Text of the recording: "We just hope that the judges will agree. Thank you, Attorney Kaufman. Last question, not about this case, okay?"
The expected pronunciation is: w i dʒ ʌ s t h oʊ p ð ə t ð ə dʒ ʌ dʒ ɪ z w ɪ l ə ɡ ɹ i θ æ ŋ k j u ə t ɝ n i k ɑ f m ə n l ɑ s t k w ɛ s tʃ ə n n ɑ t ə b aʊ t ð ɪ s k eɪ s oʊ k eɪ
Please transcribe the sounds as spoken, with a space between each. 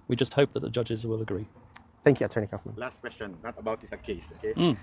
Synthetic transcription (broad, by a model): w i dʒ ʌ s t h oʊ p ð ə t ð ə dʒ ʌ dʒ ɪ z w ɪ l ə ɡ ɹ i θ æ ŋ k j u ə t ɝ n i k ɑ f m ə n l ɑ s t k w ɛ s tʃ ə n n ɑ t ə b aʊ t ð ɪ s k eɪ s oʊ k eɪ